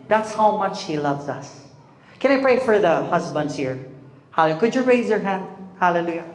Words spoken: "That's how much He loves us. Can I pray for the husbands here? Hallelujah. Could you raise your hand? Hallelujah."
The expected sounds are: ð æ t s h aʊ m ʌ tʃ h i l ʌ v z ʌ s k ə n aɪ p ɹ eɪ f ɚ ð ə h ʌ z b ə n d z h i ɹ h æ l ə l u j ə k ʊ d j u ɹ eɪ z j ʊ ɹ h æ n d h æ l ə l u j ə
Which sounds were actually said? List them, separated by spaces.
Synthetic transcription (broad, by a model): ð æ t s h aʊ m ʌ tʃ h i l ʌ v z ʌ s k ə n aɪ p ɹ eɪ f ɚ ð ə h ʌ z b ə n d z h i ɹ h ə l k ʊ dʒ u ɹ eɪ z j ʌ ɹ h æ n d h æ l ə l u j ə